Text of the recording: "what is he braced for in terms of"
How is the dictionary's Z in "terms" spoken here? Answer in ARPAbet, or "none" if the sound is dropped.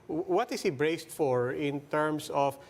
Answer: S